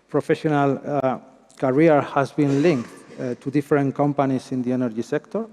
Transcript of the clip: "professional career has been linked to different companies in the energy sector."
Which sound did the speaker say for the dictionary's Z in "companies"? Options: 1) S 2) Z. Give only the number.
1